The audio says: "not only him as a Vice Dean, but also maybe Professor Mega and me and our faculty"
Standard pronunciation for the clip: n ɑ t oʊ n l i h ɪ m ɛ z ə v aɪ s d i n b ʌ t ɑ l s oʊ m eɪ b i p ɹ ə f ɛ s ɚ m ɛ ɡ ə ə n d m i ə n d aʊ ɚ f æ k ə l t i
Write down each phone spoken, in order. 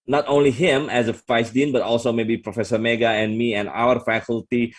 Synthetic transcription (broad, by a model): n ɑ t oʊ n l i h ɪ m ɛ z ə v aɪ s d i n b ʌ t ɑ l s oʊ m eɪ b i p ɹ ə f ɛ s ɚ m ɛ ɡ ə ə n m i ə n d aʊ ɚ f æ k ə l t i